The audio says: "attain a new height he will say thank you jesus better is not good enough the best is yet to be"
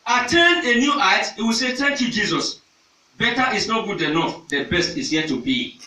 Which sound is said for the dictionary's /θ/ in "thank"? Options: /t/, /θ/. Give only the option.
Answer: /t/